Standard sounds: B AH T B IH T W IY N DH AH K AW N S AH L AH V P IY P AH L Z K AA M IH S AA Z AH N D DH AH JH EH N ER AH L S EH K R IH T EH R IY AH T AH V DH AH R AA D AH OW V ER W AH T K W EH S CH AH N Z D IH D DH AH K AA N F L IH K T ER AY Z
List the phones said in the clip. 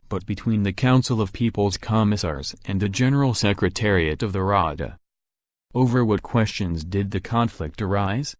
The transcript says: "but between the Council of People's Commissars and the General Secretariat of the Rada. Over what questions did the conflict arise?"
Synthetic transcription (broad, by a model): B AH T B IH T W IY N DH AH K AW N S L AH V P IY P L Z K AA M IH S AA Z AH N DH AH JH EH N ER L S EH K R IH T EH R IY AH T AH V DH AH R AA D AH OW V ER W AH T K W EH S CH AH N Z D IH D DH AH K AA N F L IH K T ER AY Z